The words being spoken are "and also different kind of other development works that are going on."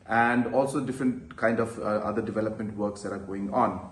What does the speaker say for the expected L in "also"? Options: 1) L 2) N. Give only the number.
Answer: 1